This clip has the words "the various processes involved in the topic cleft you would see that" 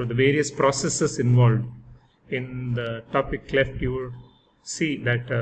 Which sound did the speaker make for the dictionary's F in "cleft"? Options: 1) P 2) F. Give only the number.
2